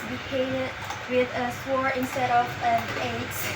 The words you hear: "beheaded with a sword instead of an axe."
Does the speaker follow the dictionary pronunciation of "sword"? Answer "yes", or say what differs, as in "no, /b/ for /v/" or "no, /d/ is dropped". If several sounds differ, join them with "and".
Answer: no, /d/ is dropped